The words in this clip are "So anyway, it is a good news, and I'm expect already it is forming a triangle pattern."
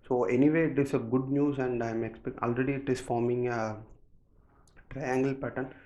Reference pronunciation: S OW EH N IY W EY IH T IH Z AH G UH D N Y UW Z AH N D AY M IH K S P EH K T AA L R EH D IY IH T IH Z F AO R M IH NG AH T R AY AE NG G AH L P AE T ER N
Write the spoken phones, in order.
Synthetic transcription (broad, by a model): S OW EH N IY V EY IH T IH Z AH G UH D N Y UW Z AH N D AY M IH K S P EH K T AA L R EH D IY IH T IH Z F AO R M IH NG AH T R AY AE NG G AH L P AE T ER N